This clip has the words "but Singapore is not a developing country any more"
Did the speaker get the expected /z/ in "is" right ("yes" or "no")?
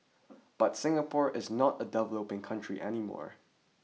yes